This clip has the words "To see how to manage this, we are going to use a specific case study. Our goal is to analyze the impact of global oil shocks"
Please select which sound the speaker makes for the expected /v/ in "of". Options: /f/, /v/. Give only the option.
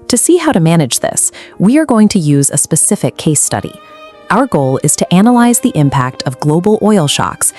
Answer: /v/